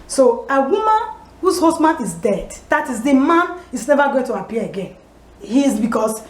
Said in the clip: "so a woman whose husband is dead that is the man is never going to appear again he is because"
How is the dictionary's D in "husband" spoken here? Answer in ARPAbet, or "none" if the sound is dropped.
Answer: none